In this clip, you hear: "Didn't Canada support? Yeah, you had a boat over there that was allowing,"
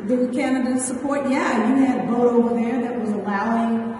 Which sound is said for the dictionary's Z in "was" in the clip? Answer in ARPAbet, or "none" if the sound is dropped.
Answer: Z